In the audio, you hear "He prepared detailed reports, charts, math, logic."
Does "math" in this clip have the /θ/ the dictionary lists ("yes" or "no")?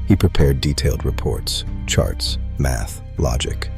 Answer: yes